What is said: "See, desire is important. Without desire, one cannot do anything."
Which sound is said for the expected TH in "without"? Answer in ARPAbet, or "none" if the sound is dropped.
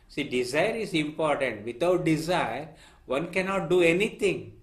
T